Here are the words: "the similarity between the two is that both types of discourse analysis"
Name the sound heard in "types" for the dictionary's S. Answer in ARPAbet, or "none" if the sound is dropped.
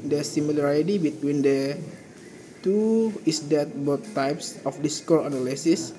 S